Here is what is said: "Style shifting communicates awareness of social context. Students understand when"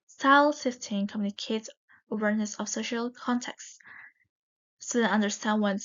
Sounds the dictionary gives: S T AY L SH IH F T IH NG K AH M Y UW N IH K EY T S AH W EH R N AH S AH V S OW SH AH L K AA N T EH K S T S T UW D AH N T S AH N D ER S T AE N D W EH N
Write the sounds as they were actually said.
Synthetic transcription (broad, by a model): S T AY L S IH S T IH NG K AH M Y UW N IH K EY T S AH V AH R N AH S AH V S OW SH AH L K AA N T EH K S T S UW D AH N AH N D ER S T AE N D W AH N